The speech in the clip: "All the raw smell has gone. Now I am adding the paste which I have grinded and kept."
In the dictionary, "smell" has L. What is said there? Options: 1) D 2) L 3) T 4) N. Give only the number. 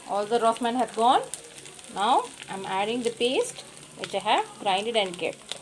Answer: 4